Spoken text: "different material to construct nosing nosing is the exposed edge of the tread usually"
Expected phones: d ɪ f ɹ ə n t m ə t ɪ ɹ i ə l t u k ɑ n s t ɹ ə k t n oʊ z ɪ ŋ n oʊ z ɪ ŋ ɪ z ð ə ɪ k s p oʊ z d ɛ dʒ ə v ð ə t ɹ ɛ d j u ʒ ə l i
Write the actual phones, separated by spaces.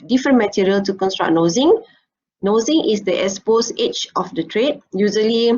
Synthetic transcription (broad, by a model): d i f ɹ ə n m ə t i ɹ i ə l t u k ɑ n s t ɹ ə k n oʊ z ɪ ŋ n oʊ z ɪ ŋ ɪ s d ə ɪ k s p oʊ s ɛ tʃ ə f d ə t ɹ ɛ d j u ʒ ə l i